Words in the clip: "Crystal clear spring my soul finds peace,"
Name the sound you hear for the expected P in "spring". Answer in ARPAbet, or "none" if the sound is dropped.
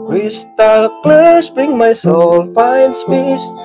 B